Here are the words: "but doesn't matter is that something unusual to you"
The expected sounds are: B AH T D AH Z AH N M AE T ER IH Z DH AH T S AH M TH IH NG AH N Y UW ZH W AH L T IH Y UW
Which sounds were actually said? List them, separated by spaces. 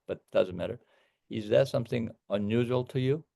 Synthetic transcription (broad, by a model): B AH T D AH Z AH N M AE T ER IH Z DH AH T S AH M TH IH NG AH N Y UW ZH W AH L T IH Y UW